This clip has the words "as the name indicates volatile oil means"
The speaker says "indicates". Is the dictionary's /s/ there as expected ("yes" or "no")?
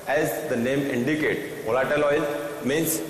no